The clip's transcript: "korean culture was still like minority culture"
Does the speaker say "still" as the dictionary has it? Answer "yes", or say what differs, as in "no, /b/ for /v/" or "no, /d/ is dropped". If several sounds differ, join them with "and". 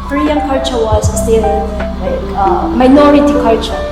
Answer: no, /n/ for /l/